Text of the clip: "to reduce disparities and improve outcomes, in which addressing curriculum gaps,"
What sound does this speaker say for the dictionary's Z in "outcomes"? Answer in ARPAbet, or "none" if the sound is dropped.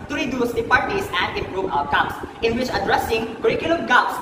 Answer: S